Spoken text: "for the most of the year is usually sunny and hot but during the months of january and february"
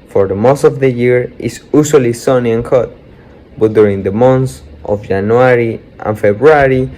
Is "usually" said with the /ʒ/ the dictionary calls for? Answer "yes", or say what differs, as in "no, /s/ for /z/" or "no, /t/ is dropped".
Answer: no, /s/ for /ʒ/